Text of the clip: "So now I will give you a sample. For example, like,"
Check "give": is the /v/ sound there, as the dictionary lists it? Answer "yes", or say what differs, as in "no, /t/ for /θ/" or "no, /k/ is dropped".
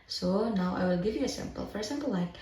yes